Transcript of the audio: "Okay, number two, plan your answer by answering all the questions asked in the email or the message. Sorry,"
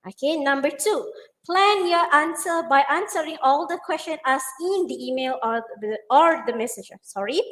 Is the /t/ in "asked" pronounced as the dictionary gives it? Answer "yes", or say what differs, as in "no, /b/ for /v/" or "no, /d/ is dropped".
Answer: no, /t/ is dropped